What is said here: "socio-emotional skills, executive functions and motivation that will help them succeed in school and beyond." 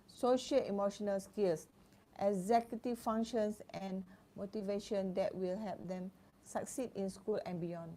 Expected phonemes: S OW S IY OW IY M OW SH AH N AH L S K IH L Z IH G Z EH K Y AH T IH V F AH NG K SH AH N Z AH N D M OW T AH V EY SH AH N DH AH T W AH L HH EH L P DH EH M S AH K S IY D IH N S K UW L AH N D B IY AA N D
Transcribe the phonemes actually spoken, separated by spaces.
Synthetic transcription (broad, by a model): S OW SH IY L IY M OW SH AH N AH L S K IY L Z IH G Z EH K Y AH T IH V F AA NG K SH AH N S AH N M OW T AH V EY SH AH N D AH T W AH L HH EH L P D EH M S AH K S IY D IH N S K UW L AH N B IY AA N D